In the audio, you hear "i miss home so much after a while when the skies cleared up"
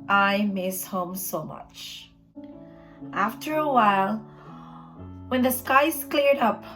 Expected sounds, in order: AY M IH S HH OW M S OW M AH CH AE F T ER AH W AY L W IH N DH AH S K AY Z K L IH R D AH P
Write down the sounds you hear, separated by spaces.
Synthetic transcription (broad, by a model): AY M IH S HH OW M S OW M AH CH AE F T ER AH W AY L W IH N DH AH S K AY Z K L IH R D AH P